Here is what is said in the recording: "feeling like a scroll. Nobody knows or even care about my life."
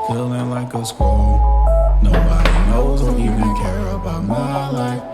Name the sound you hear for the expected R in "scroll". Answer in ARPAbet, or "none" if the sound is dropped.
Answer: none